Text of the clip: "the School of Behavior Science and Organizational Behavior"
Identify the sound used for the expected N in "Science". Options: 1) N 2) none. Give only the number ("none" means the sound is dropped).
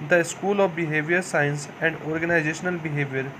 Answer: 1